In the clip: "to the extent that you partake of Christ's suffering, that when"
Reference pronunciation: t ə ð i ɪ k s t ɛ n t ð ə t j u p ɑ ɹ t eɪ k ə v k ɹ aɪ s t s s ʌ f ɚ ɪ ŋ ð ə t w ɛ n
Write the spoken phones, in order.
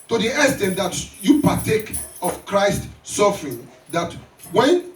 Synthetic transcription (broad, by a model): t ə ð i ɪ s t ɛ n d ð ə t j u p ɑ t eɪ k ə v k ɹ aɪ s t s s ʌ f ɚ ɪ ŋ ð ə t w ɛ n